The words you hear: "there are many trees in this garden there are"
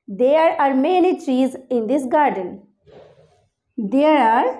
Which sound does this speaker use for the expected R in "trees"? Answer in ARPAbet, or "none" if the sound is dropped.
R